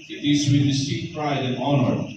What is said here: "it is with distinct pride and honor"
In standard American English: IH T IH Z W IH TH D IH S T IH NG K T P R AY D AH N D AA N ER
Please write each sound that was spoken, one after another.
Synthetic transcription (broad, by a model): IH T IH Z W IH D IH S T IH K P R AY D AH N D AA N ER